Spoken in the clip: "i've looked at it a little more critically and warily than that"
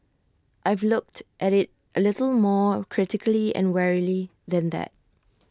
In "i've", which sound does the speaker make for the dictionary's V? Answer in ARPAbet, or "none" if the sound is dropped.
V